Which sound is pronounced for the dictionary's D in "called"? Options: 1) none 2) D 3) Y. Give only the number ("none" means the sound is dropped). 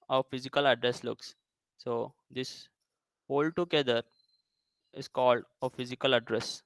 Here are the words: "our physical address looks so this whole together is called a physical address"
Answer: 2